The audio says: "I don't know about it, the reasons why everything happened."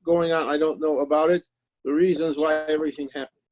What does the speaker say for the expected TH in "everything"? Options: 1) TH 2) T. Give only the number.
1